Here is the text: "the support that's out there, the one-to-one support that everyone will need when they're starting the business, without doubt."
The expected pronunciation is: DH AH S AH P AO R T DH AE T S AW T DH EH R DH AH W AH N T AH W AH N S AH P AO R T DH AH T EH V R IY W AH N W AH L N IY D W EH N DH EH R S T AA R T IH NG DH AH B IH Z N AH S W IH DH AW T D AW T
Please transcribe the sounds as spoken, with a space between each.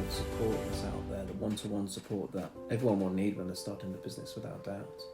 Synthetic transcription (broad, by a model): S AH P AO R T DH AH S AW T DH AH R DH AH W AH N T AH W AH N S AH P AO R T DH AH T EH V R IY W AH N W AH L N IY D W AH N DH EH S T AA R T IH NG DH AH B IH Z N AH S W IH DH AW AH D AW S